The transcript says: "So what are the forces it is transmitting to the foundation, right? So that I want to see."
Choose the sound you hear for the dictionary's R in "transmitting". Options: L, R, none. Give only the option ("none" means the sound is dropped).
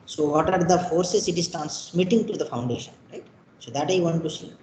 none